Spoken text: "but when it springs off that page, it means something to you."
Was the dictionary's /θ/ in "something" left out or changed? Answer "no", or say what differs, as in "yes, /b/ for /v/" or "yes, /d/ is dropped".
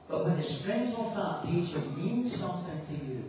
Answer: no